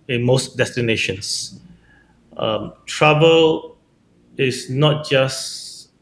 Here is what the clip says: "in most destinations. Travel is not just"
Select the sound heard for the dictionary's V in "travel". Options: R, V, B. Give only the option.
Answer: B